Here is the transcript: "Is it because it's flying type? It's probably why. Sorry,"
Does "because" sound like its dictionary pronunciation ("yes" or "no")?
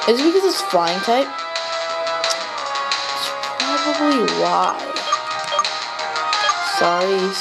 yes